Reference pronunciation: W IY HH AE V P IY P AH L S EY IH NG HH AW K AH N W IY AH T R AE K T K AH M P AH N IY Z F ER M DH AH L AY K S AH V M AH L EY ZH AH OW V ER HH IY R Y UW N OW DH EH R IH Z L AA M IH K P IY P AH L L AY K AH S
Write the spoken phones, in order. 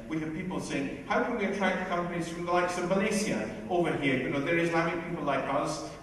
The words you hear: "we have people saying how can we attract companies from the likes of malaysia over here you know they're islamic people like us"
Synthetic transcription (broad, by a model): W IY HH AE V P IY P L S EY IH NG HH AW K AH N W IY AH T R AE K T K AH M P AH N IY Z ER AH L AY K S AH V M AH L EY S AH OW V ER HH IY R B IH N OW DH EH R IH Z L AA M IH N P IY P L L AY K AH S